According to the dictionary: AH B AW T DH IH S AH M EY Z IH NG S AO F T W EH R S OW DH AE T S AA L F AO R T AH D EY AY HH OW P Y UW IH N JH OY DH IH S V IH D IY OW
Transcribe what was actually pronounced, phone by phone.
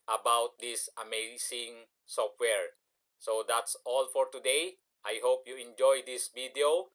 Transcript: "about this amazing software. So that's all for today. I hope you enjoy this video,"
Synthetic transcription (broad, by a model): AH B AW T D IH S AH M EY S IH NG S AO F T W EH R S OW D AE T S AA L F AO R T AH D EY AY HH OW P Y UW IH N JH OY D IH S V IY D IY OW